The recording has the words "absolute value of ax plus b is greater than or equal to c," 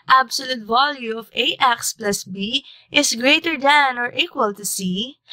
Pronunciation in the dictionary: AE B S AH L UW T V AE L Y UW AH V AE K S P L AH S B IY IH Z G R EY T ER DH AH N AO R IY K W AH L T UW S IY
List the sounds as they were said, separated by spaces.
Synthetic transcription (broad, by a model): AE B S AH L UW T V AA L Y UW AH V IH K S P L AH S B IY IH S G R EY T ER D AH N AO R IY K W AH L T UW S IY